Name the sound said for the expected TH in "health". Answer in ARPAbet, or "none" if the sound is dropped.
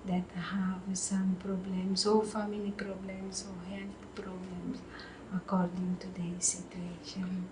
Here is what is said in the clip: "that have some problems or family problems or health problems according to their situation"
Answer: T